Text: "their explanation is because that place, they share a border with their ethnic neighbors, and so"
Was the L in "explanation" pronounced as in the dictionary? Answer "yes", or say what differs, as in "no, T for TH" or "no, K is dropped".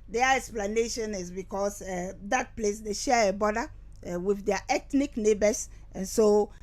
yes